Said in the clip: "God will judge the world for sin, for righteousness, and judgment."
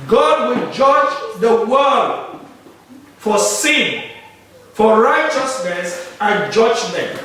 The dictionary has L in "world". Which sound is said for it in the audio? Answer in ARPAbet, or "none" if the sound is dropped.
none